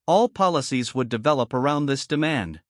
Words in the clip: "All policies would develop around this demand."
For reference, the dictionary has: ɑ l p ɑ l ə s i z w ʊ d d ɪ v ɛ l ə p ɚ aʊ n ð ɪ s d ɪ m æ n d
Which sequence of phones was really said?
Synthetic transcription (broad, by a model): ɑ l p ɑ l ə s i z w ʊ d d ɪ v ɛ l ə p ɚ aʊ n ð ɪ s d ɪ m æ n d